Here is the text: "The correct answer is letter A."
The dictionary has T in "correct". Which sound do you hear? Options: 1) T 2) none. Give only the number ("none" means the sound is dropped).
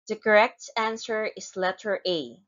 1